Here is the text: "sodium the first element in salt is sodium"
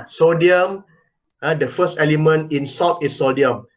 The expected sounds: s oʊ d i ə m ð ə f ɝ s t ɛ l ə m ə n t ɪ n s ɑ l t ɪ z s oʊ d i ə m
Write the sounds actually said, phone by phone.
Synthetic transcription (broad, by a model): s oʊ d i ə m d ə f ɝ s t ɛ l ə m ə n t ɪ n s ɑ t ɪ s s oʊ d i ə m